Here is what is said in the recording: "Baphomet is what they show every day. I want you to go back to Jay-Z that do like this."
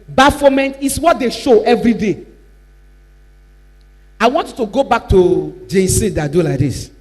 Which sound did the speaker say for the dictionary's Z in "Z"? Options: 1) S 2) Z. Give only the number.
1